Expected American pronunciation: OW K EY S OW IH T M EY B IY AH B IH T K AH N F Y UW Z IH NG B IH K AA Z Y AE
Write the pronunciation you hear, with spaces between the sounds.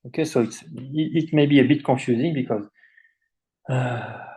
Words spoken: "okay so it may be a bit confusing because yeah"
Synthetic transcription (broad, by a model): OW K EY S OW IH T M EY B IY AH B IH T K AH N F Y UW Z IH NG B IH K AA Z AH